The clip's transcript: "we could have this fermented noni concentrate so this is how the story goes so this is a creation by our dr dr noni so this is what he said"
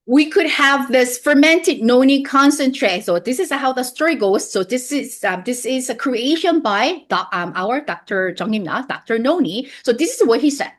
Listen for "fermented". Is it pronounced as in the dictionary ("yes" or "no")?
yes